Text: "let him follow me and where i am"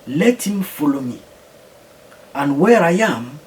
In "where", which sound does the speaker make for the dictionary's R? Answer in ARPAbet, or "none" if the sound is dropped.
R